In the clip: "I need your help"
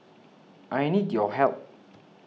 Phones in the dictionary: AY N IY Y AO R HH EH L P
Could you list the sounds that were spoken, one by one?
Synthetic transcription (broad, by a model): AY N IY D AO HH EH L